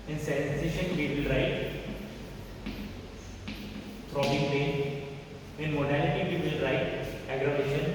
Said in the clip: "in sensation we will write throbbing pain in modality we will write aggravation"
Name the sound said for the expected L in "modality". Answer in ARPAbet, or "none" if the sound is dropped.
L